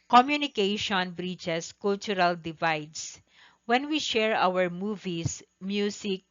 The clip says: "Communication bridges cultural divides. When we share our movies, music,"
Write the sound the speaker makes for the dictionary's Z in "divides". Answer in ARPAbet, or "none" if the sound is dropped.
S